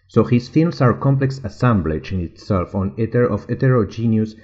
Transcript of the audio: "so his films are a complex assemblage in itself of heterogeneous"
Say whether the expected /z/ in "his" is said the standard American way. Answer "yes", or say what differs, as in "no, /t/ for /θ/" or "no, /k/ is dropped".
no, /s/ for /z/